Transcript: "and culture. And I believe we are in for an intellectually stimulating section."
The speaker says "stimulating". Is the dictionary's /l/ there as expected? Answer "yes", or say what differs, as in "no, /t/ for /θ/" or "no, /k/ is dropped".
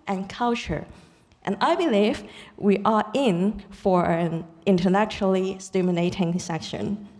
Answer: no, /n/ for /l/